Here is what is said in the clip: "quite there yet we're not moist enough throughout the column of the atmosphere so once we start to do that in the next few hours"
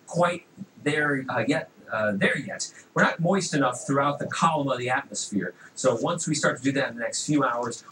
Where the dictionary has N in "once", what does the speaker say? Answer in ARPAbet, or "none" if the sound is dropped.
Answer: N